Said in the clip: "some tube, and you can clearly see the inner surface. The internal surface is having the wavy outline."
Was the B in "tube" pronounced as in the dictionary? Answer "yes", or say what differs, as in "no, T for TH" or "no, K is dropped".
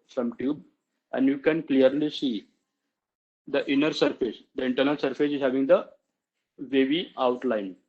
yes